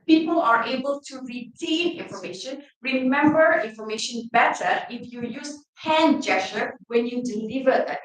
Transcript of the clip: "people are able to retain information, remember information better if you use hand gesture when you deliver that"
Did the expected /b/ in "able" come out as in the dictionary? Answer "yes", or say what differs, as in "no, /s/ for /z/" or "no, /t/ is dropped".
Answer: yes